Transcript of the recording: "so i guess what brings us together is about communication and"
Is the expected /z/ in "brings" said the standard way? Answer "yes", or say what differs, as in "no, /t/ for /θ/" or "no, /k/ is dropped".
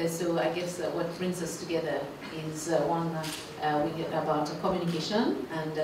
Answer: yes